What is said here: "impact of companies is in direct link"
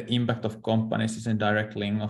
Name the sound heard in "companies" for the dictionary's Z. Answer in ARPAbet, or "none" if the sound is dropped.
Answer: S